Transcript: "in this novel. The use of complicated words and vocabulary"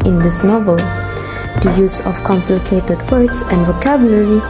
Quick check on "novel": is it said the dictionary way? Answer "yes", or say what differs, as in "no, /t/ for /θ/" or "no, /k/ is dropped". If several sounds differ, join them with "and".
yes